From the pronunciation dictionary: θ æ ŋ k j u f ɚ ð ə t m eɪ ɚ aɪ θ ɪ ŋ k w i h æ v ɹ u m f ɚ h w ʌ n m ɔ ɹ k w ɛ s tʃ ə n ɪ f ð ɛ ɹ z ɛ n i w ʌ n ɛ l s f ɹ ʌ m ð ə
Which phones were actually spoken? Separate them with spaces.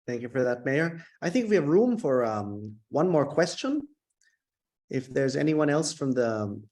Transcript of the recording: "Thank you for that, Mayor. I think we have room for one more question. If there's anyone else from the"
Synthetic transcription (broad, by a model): θ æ ŋ k j u f ɚ ð ə t m eɪ ɚ aɪ θ ɪ ŋ k w i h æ v ɹ u m f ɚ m w ʌ n m ɔ ɹ k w ɛ s tʃ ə n ɪ f ð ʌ ɹ z ɛ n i w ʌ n ɛ l s f ɹ ʌ m ð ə